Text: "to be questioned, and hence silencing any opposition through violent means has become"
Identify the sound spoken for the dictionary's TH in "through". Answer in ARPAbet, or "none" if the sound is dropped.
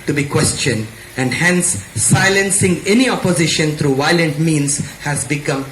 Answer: T